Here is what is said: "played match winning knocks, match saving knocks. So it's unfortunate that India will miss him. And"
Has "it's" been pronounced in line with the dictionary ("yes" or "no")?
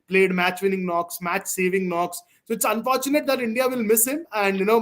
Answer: yes